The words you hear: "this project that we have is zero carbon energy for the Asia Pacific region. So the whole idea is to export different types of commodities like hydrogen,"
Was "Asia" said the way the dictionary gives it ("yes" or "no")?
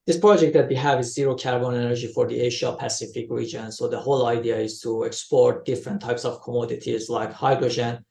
no